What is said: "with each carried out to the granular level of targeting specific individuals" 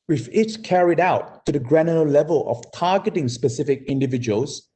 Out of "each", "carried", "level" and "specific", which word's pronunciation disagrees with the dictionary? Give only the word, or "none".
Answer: each